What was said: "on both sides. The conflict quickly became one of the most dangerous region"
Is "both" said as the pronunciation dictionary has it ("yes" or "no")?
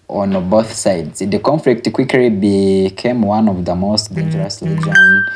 yes